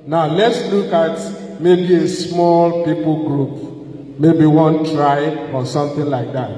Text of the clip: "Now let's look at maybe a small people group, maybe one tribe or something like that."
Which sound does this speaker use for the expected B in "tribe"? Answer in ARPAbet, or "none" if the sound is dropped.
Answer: none